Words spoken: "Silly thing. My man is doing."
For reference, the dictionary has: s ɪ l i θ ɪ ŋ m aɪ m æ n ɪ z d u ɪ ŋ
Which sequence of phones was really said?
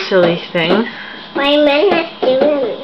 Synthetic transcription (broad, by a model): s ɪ l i θ ɪ ŋ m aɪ m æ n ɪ s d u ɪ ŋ